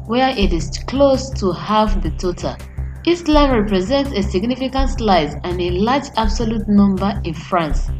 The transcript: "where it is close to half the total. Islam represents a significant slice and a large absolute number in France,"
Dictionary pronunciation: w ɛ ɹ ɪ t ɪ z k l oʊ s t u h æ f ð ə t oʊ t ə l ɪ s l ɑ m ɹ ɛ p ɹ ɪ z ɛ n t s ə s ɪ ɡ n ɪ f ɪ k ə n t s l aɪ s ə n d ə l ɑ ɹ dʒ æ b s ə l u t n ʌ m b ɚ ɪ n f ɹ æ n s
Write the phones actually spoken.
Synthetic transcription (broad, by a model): w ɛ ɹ ɪ t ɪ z k l oʊ s t u h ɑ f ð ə t oʊ t ə l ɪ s l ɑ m ɹ ɛ p ɹ ɪ z ɛ n t s ə s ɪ ɡ n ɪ f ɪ k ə n t s l aɪ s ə n ə l ɑ dʒ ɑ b s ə l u t n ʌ m b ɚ ɪ n f ɹ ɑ n s